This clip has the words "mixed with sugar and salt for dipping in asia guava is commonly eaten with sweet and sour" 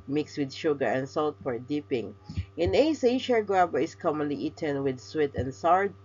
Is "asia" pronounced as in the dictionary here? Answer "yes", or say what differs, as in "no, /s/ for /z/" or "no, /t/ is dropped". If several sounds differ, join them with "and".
no, /s/ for /ʒ/